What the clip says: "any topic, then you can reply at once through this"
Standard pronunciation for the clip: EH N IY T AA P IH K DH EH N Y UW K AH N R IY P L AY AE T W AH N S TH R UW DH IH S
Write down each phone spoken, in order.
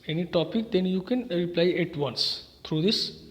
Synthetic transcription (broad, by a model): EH N IY T AA P IH K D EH N Y UW K AH N R IY P L AY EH T W AH N S T R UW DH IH S